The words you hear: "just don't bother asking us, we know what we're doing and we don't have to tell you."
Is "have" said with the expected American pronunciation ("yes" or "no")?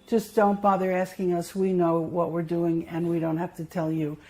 no